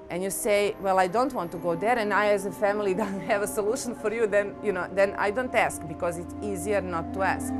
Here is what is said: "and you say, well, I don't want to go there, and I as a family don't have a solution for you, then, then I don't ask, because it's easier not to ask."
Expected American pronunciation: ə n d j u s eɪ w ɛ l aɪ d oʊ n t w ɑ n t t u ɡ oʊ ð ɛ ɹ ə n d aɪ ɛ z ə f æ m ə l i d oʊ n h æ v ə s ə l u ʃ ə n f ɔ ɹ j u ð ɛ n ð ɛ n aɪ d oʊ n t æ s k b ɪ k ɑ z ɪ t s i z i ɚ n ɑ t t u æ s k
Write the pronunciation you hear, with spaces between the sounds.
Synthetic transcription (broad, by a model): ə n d j u s eɪ w ɛ l aɪ d oʊ n t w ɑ n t t u ɡ oʊ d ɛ ɹ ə n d aɪ ɛ z ə f æ m ə l i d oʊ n h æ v ə s ə l u ʃ ə n f ɔ ɹ j u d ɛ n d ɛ n aɪ d oʊ n t æ s k b ɪ k ɑ z ɪ t s i z i ɚ n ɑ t t u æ s k